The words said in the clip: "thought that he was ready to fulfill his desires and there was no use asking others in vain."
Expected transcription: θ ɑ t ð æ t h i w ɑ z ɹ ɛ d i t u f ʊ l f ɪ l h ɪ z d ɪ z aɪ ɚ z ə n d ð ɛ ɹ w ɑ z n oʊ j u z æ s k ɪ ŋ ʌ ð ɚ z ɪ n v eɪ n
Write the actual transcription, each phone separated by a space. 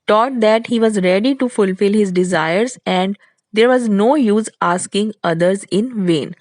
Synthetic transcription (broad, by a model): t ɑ t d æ t h i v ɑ z ɹ ɛ d i t u f ʊ l f ɪ l h ɪ z d ɪ z aɪ ɚ z ə n d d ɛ ɹ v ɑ z n oʊ j u z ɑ s k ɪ ŋ ʌ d ɚ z ɪ n v eɪ n